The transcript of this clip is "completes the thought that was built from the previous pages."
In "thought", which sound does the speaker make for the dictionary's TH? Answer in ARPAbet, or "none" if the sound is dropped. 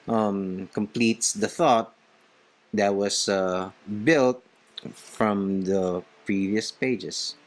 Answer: TH